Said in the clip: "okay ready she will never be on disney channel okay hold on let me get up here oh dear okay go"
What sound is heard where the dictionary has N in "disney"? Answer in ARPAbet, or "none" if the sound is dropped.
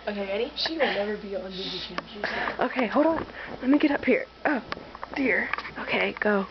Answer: none